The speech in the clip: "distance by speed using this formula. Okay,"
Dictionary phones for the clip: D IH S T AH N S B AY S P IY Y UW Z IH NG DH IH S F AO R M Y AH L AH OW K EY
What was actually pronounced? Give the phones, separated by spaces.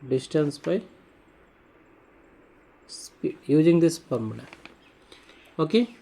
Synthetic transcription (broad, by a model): D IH S T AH N S B AY S P IY Y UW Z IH NG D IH S P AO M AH N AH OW K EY